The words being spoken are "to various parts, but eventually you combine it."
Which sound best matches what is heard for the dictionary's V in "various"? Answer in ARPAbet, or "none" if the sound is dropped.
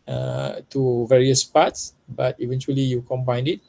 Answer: V